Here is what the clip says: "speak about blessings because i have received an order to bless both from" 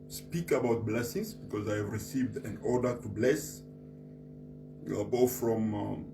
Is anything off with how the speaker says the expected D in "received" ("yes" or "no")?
no